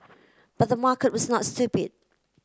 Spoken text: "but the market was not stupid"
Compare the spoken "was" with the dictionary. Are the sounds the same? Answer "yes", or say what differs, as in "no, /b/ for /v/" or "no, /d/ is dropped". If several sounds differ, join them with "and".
yes